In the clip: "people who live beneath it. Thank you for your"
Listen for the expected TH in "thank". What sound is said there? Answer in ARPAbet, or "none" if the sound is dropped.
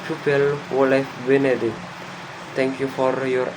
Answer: T